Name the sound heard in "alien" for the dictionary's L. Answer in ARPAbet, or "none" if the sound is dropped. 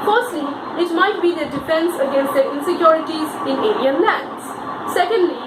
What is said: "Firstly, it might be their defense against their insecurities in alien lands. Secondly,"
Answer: N